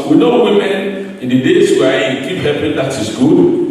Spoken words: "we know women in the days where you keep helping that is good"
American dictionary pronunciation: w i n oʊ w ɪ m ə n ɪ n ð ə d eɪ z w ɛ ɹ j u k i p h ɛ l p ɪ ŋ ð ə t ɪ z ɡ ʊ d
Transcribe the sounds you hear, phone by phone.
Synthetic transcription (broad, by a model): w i n oʊ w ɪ m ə n ɪ n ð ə d eɪ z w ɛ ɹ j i k i p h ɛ p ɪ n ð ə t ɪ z ɡ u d